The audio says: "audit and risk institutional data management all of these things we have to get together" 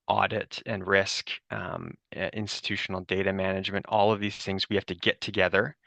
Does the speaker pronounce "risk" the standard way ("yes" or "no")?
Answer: yes